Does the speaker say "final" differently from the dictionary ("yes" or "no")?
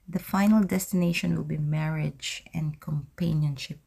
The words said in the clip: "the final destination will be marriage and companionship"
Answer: no